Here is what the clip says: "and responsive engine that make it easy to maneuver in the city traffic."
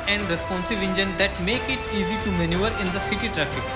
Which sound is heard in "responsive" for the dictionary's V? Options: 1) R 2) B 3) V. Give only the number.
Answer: 3